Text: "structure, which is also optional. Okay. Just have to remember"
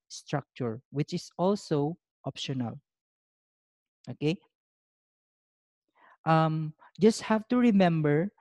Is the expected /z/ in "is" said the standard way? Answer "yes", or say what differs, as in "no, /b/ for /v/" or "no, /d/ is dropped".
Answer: no, /s/ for /z/